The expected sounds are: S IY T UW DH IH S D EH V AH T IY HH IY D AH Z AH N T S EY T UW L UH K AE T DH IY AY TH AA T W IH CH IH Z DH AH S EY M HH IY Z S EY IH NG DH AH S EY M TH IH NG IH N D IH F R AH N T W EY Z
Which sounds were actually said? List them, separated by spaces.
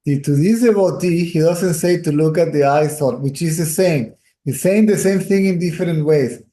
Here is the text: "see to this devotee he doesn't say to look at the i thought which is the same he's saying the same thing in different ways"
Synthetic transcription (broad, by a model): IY T UW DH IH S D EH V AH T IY HH IY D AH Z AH N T S EY T UW L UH K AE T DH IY AY S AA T W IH CH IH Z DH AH S EY M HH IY S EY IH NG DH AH S EY M TH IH NG IH N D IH F R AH N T W EY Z